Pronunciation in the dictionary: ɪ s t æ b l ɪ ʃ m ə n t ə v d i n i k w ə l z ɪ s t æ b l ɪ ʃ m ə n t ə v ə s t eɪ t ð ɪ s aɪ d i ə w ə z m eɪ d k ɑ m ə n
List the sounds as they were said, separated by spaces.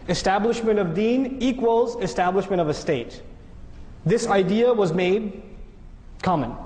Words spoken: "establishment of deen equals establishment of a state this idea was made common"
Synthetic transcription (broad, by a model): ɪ s t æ b l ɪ ʃ m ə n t ə v d i n i k w ə l z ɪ s t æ b l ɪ ʃ m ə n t ə v ə s t eɪ t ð ɪ s aɪ d i ə w ə z m eɪ d k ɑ m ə n